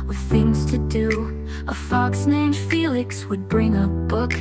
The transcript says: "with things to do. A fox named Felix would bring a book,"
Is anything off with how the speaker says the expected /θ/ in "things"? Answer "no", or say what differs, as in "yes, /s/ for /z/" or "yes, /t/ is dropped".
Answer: no